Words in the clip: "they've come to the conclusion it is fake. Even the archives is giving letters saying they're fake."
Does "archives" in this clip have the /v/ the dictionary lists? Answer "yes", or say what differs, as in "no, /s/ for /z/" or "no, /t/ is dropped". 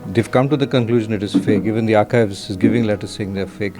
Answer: yes